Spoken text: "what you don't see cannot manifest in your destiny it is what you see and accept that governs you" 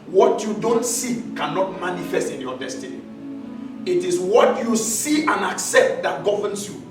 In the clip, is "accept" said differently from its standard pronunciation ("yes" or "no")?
no